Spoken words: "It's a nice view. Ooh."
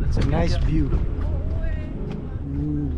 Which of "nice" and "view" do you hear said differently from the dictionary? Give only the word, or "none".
view